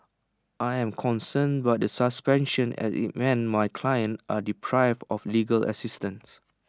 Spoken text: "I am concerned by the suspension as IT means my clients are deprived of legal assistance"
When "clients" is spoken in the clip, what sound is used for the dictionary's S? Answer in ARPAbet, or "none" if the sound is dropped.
none